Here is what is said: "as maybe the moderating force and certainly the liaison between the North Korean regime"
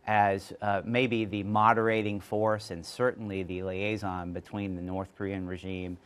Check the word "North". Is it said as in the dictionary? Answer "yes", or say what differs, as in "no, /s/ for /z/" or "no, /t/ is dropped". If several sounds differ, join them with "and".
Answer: yes